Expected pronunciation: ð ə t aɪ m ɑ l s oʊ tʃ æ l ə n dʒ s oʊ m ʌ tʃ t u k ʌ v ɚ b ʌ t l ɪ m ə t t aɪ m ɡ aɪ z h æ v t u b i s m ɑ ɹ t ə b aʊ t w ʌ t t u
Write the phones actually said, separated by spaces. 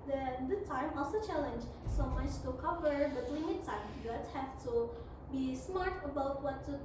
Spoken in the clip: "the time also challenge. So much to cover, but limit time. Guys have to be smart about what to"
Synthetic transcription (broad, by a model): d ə t aɪ m ɑ l s oʊ tʃ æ l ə n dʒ s oʊ m ʌ tʃ t u k ʌ v ɚ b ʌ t w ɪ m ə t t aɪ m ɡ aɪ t h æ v t u b i s m ɑ ɹ t ə b aʊ t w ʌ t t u